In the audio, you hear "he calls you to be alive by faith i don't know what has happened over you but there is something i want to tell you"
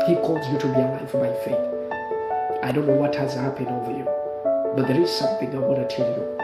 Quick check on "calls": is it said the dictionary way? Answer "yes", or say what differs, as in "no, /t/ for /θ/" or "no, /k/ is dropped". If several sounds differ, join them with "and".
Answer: yes